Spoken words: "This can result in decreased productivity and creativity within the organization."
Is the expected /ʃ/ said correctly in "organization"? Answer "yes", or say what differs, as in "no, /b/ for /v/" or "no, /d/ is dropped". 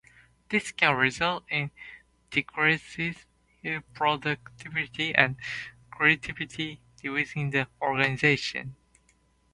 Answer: yes